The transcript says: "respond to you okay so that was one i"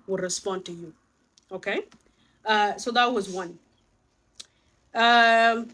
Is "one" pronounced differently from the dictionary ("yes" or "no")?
no